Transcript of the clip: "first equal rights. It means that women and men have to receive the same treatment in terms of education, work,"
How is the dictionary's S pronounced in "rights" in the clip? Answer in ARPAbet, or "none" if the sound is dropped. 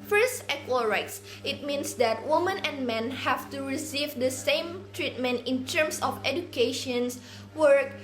S